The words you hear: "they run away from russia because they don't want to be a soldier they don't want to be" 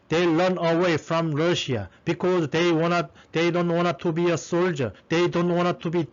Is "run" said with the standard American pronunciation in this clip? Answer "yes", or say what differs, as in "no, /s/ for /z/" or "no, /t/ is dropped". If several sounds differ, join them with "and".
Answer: no, /l/ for /ɹ/